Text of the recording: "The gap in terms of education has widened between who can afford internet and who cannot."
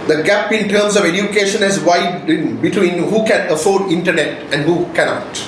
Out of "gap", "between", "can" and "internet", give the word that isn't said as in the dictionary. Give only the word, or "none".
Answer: none